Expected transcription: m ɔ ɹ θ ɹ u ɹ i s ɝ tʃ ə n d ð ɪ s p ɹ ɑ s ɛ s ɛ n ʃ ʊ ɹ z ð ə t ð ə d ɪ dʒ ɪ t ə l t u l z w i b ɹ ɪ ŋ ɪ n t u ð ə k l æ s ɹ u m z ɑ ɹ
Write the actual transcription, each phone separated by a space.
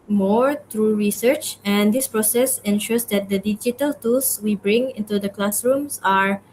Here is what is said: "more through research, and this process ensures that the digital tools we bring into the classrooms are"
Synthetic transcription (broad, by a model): m ɔ ɹ t ɹ u ɹ i s ɝ tʃ ə n d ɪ s p ɹ ɑ s ɛ s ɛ n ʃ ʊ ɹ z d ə t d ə d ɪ dʒ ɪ t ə l t u l s w i b ɹ ɪ ŋ ɪ n t u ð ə k l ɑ s ɹ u m s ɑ ɹ